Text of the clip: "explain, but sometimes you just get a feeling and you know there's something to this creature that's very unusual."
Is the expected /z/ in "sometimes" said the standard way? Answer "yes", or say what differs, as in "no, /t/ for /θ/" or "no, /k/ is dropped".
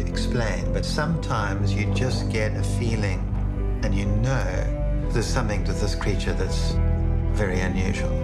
yes